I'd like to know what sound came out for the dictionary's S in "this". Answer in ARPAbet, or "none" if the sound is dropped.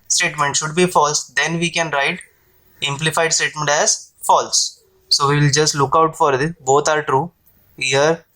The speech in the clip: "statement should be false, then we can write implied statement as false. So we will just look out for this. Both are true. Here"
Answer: none